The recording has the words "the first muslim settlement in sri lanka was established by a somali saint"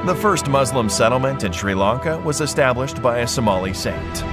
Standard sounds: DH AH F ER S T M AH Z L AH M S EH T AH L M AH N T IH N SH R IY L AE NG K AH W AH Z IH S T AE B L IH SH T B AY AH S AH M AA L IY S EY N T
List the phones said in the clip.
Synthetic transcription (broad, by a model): DH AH F ER S T M AH Z L AH M S EH T L M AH N T IH N SH R IY L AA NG K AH W AH Z IH S T AE B L IH SH T B AY AH S AH M AA L IY S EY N T